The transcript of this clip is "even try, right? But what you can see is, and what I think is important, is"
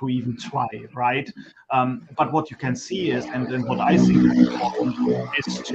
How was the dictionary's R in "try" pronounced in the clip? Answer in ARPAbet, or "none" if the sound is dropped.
W